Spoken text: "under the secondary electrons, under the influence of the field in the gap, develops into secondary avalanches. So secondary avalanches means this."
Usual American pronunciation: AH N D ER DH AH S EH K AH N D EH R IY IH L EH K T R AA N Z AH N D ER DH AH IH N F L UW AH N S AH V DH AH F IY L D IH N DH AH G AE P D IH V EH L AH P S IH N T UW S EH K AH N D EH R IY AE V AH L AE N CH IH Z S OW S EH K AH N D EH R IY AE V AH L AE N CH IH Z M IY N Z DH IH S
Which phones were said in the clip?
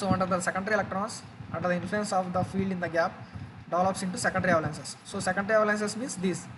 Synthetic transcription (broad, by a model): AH N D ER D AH S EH K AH N D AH R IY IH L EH K T R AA N S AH N D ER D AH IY N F L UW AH N S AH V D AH F IY L D IH N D AH G AE P D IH V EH L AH P S IH N T UW S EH K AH N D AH R IY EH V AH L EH N S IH S OW S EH K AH N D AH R IY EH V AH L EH N S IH S M IY N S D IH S